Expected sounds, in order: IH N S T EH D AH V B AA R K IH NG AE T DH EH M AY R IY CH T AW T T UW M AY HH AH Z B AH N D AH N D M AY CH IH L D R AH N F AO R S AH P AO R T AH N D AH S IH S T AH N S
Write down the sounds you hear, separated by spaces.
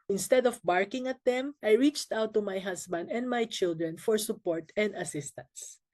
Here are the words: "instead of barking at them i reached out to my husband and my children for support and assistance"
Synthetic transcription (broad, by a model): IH N S T EH D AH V B AA R K IH NG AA T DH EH M AY R IY CH T AW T T UW M AY HH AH S B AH N D AH N D M AY CH IH L D R AH N F AO R S AH P AO R T AH N D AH S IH S T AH N S